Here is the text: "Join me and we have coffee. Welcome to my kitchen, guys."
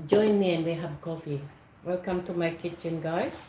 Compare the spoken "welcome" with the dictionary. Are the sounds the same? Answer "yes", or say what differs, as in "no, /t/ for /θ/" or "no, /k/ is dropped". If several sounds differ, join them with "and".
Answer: yes